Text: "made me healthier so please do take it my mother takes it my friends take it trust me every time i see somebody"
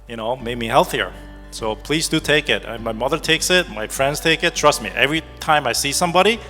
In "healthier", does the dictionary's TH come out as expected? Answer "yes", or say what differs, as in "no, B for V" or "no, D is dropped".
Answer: yes